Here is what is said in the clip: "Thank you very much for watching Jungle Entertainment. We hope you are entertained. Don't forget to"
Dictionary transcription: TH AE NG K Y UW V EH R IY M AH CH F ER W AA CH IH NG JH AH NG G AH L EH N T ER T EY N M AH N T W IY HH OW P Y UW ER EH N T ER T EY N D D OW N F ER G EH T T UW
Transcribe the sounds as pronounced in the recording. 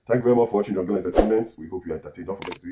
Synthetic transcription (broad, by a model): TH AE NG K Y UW V EH R IY M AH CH F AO W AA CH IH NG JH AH G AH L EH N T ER T EY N M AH N T W IY HH OW P Y UW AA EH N T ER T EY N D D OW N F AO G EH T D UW